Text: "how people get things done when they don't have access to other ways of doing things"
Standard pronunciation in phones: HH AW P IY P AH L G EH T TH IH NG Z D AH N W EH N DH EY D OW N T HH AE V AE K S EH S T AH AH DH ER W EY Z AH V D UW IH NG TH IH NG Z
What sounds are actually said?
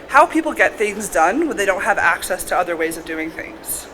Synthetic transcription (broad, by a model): HH AW P IY P L G EH T TH IH NG Z D AH N W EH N DH EY D OW N T HH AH V AE K S EH S T AH AH DH ER W EY Z AH V D UW IH NG TH IH NG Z